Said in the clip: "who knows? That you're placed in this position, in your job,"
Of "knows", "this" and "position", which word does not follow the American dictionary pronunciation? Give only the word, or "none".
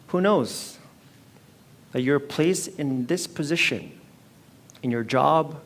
none